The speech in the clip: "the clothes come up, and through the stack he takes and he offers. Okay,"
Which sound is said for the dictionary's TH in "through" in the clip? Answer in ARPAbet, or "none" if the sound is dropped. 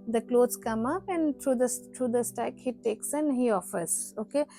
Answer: S